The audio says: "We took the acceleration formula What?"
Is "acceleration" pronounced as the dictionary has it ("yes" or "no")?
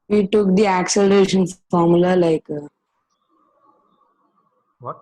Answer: yes